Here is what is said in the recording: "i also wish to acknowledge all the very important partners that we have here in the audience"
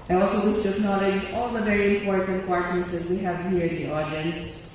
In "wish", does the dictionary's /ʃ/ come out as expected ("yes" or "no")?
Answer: no